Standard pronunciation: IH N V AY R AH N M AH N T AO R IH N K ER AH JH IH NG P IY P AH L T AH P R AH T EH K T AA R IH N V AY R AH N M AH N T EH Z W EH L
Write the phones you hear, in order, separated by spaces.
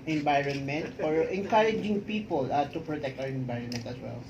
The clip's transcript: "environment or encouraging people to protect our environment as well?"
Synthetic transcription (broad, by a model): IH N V AY R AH N M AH N T AO R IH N K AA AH JH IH NG P IY P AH L T AH P R AH T EH K T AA W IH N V AY R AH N M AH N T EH S W EH L